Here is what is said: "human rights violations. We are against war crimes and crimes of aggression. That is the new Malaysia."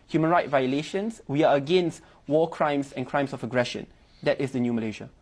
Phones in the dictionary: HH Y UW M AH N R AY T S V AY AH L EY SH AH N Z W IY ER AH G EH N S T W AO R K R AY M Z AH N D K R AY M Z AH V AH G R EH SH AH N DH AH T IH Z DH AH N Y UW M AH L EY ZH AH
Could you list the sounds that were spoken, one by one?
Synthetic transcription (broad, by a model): HH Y UW M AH N R AY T V AY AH L EY SH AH N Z W IY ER AH G EH N S T W AO K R AY M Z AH N K R AY M S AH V AH G R EH SH AH N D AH T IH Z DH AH N Y UW M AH L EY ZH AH